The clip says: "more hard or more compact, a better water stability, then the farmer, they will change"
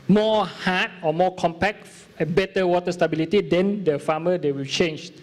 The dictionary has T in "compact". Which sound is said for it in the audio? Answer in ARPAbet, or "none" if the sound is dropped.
none